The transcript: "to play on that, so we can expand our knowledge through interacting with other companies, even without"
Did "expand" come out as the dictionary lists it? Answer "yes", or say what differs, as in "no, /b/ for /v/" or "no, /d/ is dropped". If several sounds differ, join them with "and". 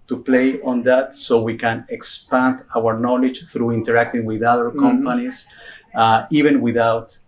yes